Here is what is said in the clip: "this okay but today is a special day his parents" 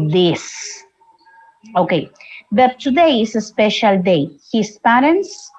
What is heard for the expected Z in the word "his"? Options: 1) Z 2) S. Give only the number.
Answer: 2